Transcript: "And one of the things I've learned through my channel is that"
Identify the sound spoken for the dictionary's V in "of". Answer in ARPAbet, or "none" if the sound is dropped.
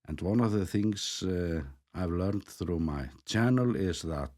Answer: V